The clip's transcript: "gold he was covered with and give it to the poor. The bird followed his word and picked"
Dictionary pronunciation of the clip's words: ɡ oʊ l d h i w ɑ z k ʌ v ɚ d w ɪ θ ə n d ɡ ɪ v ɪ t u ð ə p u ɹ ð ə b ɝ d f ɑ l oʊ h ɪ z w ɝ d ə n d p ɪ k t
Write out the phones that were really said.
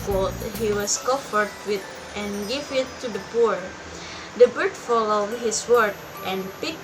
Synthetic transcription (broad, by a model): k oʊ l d h i w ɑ s k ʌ f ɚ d w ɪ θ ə n ɡ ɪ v ɪ t u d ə p u ɹ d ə b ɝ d f ɑ l oʊ h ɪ s w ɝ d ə n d p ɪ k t